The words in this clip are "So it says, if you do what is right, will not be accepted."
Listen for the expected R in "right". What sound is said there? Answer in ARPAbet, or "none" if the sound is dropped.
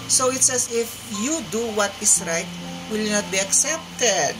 R